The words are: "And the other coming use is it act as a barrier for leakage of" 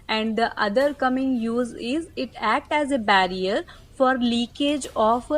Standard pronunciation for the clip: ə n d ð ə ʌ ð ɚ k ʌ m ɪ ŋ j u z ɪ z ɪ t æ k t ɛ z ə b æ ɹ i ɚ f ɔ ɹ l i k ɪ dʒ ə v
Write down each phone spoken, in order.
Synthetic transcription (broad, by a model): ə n d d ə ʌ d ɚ k ʌ m ɪ ŋ j u z ɪ z ɪ t æ k t ɛ z ə b æ ɹ i ɚ f ɔ ɹ l i k ɪ dʒ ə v